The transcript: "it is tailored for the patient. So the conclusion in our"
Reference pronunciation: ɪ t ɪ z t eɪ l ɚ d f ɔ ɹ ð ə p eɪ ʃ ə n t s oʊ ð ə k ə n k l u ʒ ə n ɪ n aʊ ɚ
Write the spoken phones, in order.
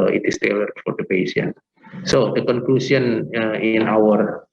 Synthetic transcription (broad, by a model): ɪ t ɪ s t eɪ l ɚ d f ɔ ɹ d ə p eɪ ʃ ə n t s oʊ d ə k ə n k l u s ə n ɪ n aʊ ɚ